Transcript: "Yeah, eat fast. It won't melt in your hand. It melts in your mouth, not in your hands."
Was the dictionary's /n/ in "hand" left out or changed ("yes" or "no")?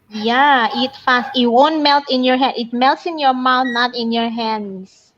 yes